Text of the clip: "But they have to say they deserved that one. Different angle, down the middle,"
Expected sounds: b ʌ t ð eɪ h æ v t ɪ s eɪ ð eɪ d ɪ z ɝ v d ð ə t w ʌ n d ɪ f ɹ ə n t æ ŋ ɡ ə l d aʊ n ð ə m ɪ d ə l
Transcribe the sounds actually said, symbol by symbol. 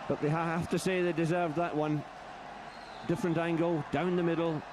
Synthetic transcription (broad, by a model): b ʌ t ð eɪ h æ f t ɪ s eɪ ð eɪ d ɪ z ɝ v d ð ə t w ʌ n d ɪ f ɹ ə n t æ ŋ ɡ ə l d aʊ n ð ə m ɪ d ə l